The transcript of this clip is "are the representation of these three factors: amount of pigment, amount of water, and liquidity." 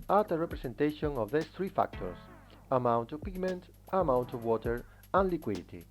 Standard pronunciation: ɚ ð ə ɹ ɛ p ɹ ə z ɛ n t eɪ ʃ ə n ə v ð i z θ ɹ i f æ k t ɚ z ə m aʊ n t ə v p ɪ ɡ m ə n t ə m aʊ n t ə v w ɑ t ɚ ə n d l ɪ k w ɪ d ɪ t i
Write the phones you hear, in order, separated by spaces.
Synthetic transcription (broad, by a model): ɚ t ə ɹ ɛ p ɹ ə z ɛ n t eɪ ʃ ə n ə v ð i s θ ɹ i f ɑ k t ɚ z ə m aʊ n t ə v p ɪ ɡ m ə n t ə m aʊ n t ə v w ɑ t ɚ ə n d l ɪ k w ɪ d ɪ t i